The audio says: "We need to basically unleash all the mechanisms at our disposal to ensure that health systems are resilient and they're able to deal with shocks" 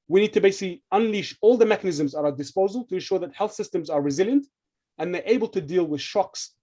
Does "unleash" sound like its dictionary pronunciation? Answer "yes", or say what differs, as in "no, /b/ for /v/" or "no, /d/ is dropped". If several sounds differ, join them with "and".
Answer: yes